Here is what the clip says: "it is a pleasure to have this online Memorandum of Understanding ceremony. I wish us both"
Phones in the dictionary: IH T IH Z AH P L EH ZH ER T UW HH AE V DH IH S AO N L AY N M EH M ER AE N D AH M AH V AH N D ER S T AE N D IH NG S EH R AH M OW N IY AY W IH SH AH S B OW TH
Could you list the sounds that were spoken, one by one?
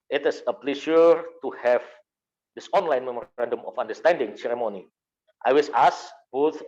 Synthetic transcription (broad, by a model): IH T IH S AH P L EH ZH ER T UW HH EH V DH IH S AO N L AY N M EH M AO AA N D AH M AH F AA N D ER S T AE N D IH NG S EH R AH M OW N IY AY W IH S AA S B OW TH